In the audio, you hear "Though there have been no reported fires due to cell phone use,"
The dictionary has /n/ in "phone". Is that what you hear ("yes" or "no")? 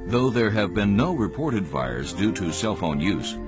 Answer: yes